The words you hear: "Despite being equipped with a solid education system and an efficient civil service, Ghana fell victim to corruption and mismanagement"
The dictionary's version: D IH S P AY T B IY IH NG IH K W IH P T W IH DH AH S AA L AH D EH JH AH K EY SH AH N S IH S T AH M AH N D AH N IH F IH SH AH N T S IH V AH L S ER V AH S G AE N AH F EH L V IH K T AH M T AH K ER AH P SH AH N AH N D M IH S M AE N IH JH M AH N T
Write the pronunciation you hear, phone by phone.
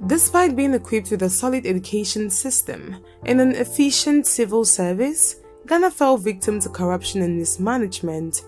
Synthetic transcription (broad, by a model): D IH S P AY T B IY IH NG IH K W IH P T W IH DH AH S AA L AH D EH JH AH K EY SH AH N S IH S T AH M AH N AH N IH F IH SH AH N T S IH V AH L S ER V AH S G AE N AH F EH L V IH K T AH M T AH K ER AH P SH AH N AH N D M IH S M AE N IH JH M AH N T